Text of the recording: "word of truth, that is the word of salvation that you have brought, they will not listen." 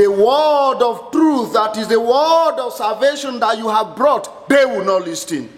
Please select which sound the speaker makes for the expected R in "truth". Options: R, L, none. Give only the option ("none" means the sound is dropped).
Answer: R